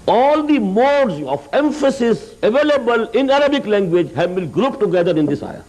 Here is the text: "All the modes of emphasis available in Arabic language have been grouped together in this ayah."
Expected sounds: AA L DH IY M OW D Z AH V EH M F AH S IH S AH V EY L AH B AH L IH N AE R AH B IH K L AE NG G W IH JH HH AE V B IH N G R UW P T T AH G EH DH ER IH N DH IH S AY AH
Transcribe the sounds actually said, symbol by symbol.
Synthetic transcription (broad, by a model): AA L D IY M OW D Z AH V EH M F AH S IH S AH V EY L AH B AH L IH N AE R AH B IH K L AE NG G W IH JH HH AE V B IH L G R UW P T T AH G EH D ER IH N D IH S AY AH